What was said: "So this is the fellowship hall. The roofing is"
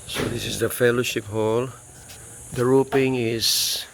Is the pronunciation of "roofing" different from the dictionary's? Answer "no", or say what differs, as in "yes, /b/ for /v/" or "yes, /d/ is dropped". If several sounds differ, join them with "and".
yes, /p/ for /f/